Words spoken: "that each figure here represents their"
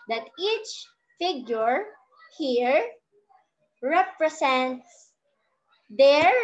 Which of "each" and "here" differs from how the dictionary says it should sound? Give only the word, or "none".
none